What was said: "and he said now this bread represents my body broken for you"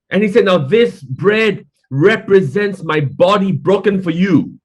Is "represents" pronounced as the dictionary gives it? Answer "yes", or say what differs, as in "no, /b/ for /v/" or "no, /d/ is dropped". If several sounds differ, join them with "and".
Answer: yes